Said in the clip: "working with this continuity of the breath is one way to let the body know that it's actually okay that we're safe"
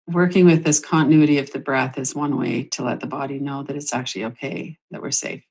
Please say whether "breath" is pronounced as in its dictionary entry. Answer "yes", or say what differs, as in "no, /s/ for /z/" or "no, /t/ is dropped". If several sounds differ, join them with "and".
yes